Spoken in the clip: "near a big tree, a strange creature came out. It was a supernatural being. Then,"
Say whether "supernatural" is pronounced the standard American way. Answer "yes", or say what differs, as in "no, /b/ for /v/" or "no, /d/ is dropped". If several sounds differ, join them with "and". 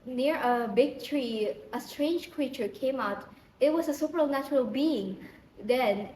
yes